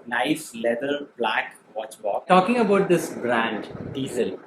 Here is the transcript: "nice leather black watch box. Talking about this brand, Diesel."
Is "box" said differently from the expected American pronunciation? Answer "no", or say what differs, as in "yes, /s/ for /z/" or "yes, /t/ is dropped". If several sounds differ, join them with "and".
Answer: yes, /s/ is dropped